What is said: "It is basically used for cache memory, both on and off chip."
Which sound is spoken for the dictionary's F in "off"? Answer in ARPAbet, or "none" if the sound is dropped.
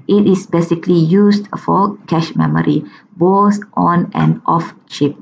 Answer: F